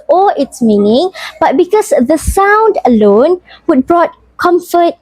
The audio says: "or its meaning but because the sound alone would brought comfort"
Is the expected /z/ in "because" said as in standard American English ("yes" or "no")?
no